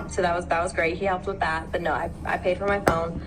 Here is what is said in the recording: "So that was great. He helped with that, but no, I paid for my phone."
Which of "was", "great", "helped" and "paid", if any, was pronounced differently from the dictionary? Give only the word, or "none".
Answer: none